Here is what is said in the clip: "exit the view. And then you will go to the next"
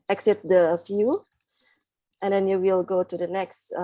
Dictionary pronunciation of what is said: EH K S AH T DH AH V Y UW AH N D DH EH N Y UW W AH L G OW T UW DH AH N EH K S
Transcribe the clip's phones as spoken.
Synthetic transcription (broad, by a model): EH K S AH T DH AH F Y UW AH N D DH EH N Y UW W AH L G OW T UW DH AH N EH K S